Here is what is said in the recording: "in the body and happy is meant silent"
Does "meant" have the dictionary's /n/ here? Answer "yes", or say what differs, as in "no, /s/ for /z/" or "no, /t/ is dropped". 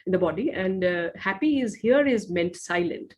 yes